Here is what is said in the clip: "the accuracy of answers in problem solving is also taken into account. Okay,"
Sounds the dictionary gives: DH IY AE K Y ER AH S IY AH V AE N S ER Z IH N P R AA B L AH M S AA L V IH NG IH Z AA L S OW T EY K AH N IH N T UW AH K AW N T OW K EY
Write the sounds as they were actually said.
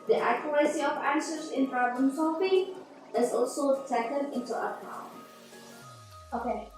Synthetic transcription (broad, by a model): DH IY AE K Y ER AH S IY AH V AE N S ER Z IH N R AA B AH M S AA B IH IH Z AA L S OW T EY K AH N IH N T UW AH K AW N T OW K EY